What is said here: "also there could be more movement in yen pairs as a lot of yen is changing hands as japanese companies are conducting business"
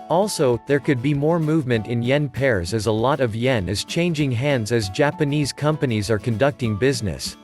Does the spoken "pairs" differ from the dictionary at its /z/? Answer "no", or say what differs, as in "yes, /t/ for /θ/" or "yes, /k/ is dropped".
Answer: no